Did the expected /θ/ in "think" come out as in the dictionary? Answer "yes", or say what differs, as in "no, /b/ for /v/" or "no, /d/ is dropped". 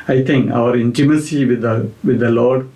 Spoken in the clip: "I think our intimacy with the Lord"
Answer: no, /t/ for /θ/